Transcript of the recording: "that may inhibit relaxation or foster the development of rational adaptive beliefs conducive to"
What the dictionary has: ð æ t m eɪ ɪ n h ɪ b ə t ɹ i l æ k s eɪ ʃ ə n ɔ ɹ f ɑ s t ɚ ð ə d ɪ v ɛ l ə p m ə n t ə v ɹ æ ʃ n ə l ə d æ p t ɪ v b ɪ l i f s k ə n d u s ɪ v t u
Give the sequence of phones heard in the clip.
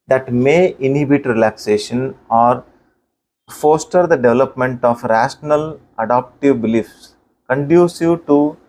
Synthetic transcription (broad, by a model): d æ t m eɪ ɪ n h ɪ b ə t ɹ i l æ k s eɪ ʃ ə n ɔ ɹ f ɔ s t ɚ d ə d ɪ v ɛ l ə p m ə n t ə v ɹ æ ʃ n ə l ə d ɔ p t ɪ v b ɪ l i f s k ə n d u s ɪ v t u